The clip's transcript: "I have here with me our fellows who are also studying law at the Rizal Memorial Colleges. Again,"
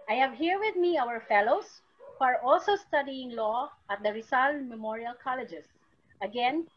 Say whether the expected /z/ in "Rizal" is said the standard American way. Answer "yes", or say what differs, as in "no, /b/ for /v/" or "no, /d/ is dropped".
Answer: no, /s/ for /z/